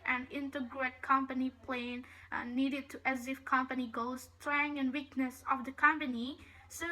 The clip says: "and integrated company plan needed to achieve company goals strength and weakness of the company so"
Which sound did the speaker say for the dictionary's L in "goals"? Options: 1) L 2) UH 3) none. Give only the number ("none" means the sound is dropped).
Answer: 3